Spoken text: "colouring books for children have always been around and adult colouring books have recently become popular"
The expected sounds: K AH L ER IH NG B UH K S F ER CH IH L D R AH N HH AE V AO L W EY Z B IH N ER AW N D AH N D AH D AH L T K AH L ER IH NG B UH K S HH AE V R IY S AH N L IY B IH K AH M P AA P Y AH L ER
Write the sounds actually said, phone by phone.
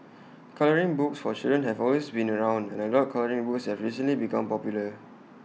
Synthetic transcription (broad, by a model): K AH L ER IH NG B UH K S F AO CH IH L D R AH N HH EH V AO L W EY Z B IH N ER AW N D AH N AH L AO T K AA L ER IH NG B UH K S HH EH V R IY S AH N L IY B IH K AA M P AA P Y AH L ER